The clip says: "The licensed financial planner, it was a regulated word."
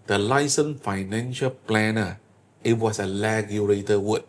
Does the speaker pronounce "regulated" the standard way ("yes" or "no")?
no